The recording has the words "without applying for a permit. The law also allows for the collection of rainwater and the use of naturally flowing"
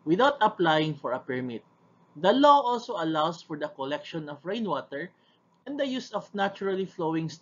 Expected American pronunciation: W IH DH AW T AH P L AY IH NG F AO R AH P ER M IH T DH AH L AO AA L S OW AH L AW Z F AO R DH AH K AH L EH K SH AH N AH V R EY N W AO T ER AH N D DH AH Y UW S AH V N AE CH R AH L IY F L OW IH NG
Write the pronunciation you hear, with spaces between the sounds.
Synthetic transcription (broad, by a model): W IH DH AW T AH P L AY IH NG F AO R AH P ER M IH T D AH L AO AA L S OW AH L AW S F AO R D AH K AH L EH K SH AH N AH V R EY N W AO T ER AH N D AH Y UW S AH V N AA CH R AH L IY F L OW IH NG